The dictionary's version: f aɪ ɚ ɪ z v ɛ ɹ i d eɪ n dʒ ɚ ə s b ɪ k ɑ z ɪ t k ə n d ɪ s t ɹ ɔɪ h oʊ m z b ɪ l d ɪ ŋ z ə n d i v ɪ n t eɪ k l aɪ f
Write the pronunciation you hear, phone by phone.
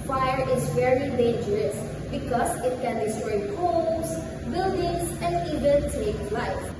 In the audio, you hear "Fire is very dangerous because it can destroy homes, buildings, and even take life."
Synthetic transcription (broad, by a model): f aɪ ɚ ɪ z v ɛ ɹ i d eɪ n dʒ ɚ ə s b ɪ k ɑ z ɪ t k ə n d ɪ s t ɹ ɔɪ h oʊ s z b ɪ l d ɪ ŋ s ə n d i v ɪ n t eɪ k l aɪ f